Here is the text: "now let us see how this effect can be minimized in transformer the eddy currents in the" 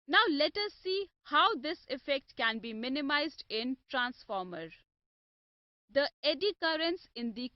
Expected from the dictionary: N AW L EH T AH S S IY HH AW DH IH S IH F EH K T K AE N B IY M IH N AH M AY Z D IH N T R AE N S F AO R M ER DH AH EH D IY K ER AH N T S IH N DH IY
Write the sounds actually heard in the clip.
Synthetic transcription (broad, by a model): N AW L EH T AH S S IY HH AW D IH S IH F EH K T K AE N B IY M IH N AH M AY Z D IH N T R AE N S F AO R M ER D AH EH D IY K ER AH N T S IH N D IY